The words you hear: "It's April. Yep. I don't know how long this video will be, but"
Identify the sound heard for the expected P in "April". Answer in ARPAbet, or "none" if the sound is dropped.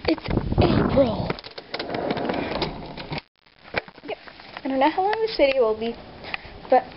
none